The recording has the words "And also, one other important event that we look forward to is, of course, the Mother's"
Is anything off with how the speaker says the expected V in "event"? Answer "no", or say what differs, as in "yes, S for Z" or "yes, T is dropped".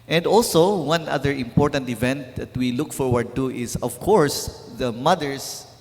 no